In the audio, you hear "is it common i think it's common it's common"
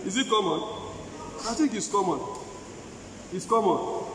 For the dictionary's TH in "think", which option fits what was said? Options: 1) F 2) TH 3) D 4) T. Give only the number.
4